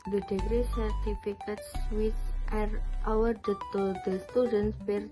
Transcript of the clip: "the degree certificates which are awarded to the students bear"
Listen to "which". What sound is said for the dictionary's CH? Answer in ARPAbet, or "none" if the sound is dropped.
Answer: S